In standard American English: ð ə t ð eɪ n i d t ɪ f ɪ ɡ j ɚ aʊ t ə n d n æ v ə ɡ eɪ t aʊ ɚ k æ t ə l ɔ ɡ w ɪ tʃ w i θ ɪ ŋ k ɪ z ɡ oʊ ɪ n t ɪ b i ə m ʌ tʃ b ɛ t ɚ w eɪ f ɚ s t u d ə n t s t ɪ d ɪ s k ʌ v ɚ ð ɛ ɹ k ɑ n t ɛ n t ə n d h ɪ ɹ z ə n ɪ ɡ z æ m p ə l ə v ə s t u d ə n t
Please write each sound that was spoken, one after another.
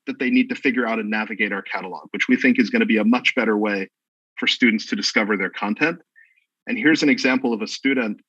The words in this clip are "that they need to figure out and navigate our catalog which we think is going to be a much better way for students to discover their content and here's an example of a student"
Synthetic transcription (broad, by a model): ð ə t ð eɪ n i d t ɪ f ɪ ɡ j ɚ aʊ t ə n n æ v ə ɡ eɪ t aʊ ɚ k æ t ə l ɔ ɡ w ɪ tʃ w i θ ɪ ŋ k ɪ z ɡ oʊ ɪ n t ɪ b i ə m ʌ tʃ b ɛ t ɚ w eɪ f ɚ s t u d n t s t ɪ d ɪ s k ʌ v ɚ ð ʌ ɹ k ɑ n t ɛ n t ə n h ɪ ɹ z ə n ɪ ɡ z æ m p l ə v ə s t u d n t